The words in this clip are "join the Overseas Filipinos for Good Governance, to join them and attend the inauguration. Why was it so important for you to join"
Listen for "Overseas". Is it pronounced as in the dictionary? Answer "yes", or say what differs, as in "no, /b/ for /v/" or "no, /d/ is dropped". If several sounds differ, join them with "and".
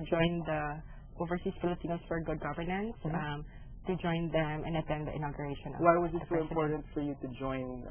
no, /s/ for /z/